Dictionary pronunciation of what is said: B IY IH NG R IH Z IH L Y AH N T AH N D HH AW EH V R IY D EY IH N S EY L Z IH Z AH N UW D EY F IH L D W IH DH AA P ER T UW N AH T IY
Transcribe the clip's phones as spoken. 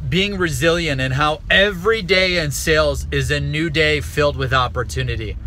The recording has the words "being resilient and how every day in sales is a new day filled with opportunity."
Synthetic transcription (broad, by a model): B IY IH NG R IH Z IH L Y AH N T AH N HH AW EH V R IY D EY IH N S EY L Z IH Z AH N UW D EY F IH L D W IH DH AA P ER T UW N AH T IY